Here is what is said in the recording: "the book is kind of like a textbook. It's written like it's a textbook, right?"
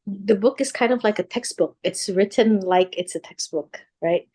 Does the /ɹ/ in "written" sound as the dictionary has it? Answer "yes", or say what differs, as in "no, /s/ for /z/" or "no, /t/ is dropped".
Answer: yes